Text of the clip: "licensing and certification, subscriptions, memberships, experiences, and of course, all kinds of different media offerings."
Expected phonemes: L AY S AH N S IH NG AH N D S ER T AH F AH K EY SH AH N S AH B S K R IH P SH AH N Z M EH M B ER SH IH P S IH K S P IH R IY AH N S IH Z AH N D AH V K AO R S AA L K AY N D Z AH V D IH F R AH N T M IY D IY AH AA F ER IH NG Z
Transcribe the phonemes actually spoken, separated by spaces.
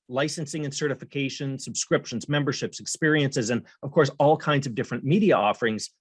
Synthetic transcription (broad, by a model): L AY S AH N S IH NG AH N S ER T AH F AH K EY SH AH N S AH B S K R IH P SH AH N Z M EH M B ER SH IH P S IH K S P IH R IY AH N S IH Z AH N AH V K AO R S AA L K AY N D Z AH V D IH F R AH N M IY D IY AH AA F ER IH NG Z